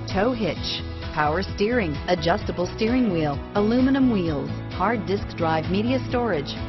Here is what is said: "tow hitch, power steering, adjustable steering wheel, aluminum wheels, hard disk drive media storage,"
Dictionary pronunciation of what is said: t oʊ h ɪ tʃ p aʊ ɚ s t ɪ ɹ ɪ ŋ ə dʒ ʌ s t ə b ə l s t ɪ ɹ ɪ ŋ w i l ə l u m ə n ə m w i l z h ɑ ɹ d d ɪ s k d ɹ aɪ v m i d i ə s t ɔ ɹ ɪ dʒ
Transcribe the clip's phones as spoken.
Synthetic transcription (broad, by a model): t oʊ h ɪ tʃ p aʊ ɚ s t ɪ ɹ ɪ ŋ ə dʒ ʌ s t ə b l s t ɪ ɹ ɪ ŋ w i l ə l u m ə n ə m w i l z h ɑ ɹ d d ɪ s k d ɹ aɪ v m i d i ə s t ɔ ɹ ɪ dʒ